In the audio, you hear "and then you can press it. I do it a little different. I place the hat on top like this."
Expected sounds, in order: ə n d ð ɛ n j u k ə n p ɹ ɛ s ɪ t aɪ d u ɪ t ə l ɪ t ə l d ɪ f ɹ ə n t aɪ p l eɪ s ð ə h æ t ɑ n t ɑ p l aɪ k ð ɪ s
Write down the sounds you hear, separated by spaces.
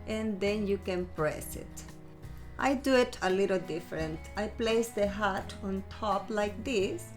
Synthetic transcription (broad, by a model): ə n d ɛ n j u k ə n p ɹ ɛ s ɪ t aɪ d u ɪ t ə l ɪ t ə l d ɪ f ɹ ə n t aɪ p l eɪ s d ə h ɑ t ɑ n t ɑ p l aɪ k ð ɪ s